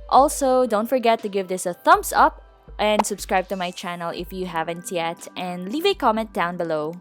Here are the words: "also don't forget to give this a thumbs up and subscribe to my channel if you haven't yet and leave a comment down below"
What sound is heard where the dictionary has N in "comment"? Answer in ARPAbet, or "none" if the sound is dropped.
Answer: N